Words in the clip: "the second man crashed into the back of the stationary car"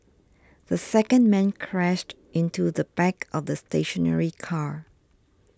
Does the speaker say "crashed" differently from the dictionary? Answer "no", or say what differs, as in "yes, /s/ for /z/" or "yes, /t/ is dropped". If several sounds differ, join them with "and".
no